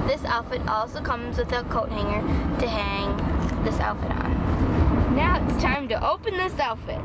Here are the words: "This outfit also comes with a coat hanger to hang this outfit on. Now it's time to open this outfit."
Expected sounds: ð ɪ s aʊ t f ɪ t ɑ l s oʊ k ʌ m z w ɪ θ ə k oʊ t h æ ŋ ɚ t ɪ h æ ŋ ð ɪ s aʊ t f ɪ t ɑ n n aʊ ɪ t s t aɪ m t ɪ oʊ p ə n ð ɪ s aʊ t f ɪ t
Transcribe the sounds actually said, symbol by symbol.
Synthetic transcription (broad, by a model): ð ɪ s aʊ t f ɪ t ɑ l s oʊ k ʌ m z w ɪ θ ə k oʊ t h æ ŋ ɚ t ɪ h æ ŋ ð ɪ s aʊ t f ɪ t n n aʊ ɪ t s t aɪ m t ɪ oʊ p ə n ð ɪ s aʊ t f ɪ t